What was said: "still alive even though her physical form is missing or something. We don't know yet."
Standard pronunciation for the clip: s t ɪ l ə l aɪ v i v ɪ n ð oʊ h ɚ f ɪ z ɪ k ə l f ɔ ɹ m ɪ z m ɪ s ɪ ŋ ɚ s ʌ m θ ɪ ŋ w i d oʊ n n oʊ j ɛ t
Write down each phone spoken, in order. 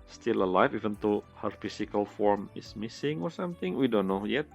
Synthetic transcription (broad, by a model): s t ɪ l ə l aɪ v i v ɪ n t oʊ h ɚ f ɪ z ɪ k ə l f ɔ ɹ m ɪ s m ɪ s ɪ ŋ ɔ s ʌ m t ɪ ŋ w i d oʊ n n oʊ j ɛ t